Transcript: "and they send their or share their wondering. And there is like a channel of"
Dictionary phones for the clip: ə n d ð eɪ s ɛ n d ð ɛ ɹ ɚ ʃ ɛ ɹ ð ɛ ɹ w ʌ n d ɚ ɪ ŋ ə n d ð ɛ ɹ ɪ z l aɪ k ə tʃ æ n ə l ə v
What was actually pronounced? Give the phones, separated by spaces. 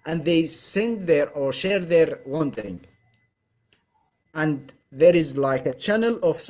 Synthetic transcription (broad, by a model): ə n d ð eɪ s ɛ n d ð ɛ ɹ ɚ ʃ ɛ ɹ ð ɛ ɹ w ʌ n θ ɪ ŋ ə n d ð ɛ ɹ ɪ z l aɪ k ə tʃ æ n ə l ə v